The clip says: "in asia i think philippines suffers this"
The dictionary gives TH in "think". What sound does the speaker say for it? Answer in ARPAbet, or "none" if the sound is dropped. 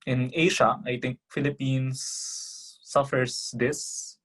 T